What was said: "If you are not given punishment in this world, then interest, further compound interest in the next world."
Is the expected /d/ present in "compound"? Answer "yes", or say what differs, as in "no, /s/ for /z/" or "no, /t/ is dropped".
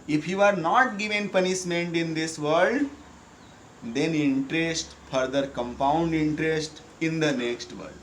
yes